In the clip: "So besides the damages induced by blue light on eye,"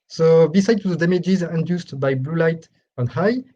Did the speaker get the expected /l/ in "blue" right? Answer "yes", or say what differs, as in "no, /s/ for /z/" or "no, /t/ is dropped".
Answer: yes